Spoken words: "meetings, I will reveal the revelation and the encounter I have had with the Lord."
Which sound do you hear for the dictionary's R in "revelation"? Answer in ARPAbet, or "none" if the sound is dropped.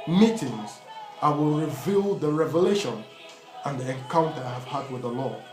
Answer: R